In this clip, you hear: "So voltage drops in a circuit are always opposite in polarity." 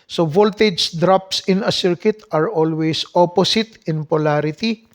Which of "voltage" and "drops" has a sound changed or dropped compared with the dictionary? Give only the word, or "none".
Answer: none